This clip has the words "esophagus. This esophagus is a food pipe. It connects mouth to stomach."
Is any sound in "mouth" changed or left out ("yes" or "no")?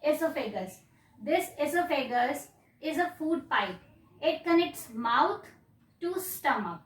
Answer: yes